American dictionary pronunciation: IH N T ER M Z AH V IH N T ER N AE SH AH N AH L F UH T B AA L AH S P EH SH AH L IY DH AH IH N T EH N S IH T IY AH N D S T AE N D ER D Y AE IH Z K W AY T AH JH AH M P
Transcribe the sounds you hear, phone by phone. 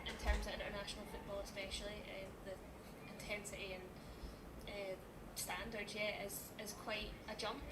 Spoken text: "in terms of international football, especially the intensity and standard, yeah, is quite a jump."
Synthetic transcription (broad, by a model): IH N T ER M Z AH V IH N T ER N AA SH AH N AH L F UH T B AA L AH S P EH SH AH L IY DH AH IH N T EH N S IH T IY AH N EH S T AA N D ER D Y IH IH Z K W AY T AH JH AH M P